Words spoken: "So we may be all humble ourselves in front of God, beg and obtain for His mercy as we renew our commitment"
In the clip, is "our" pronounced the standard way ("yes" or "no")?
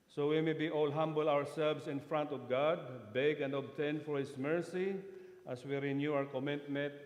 no